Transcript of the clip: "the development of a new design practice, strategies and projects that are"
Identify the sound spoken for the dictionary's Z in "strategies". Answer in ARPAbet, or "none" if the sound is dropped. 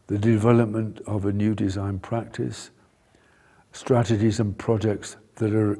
Z